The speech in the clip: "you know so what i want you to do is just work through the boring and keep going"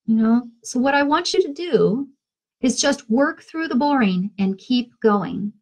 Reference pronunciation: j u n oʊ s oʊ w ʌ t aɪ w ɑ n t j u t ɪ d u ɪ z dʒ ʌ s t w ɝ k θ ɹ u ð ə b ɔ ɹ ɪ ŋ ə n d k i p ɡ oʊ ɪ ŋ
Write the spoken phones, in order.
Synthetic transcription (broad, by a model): j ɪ n oʊ s oʊ w ʌ t aɪ w ɑ n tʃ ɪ t ɪ d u ɪ z dʒ ʌ s t w ɝ k θ ɹ u ð ə b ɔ ɹ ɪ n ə n k i p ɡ oʊ ɪ ŋ